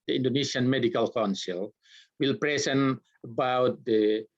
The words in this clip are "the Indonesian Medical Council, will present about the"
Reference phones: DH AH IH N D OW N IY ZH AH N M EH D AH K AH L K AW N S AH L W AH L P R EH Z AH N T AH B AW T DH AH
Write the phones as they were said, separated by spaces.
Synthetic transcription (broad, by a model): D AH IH N D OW N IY S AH N M EH D AH K AH L K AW N S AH L W AH L P R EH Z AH N AH B AW T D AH